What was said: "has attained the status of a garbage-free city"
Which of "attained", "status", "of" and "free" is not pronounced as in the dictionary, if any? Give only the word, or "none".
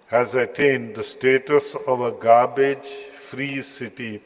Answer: none